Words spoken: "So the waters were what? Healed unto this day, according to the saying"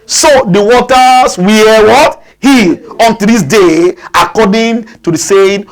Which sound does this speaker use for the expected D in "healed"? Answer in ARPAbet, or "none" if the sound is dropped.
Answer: none